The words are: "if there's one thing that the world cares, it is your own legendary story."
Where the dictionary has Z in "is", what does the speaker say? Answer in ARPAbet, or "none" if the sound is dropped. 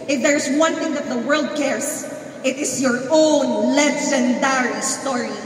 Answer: S